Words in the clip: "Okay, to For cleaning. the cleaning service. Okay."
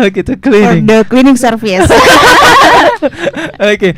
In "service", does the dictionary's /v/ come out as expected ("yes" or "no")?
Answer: no